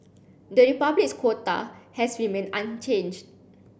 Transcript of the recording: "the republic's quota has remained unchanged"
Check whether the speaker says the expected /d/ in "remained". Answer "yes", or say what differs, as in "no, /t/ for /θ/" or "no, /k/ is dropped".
no, /d/ is dropped